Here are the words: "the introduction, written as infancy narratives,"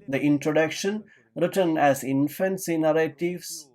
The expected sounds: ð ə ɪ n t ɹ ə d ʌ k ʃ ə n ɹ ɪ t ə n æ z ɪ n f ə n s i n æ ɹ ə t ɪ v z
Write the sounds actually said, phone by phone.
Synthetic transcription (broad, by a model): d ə ɪ n t ɹ ə d ʌ k ʃ ə n ɹ ɪ t ə n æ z ɪ n f ə n s i n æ ɹ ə t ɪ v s